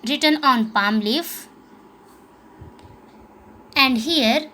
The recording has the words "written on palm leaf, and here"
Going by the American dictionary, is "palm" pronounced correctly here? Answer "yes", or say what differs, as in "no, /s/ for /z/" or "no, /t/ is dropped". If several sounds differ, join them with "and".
yes